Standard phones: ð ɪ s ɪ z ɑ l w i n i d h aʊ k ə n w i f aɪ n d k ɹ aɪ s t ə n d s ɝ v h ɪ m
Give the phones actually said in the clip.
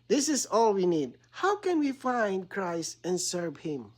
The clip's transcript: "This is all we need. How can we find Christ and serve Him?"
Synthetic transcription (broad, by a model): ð ɪ s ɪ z ɑ l w i n i d h aʊ k ə n w i f aɪ n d k ɹ aɪ s t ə n s ɝ v h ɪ m